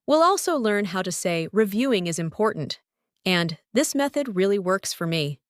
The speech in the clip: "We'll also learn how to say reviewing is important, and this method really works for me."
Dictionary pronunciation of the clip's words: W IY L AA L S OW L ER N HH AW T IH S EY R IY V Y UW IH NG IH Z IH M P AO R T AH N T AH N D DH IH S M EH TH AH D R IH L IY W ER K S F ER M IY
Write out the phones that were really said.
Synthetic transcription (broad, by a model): W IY L AA L S OW L ER N HH AW T IH S EY R IY V Y UW IH NG IH Z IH M P AO R T N T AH N DH IH S M EH TH AH D R IH L IY W ER K S F ER M IY